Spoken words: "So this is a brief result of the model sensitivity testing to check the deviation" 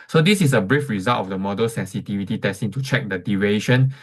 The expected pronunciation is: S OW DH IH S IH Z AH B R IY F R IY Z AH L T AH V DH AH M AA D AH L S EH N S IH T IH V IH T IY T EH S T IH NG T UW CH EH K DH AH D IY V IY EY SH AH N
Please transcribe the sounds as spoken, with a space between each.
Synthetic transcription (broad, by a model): S OW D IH S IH S AH B R IY F R IY Z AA L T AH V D AH M AA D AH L S EH N S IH T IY V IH T IY T EH S T IH NG T UW CH EH K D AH D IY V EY SH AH N